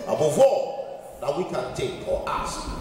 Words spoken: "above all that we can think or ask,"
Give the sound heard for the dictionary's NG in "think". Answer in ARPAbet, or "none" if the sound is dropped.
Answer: none